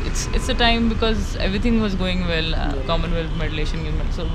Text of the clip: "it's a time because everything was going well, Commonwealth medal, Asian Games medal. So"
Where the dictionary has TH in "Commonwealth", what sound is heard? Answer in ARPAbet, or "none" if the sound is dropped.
F